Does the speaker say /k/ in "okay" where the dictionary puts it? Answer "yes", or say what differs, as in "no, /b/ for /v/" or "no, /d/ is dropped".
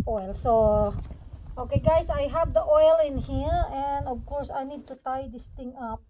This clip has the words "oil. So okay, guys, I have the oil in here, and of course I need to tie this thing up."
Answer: yes